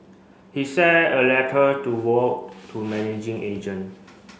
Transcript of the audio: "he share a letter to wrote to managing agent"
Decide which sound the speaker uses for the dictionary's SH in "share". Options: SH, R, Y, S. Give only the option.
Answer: S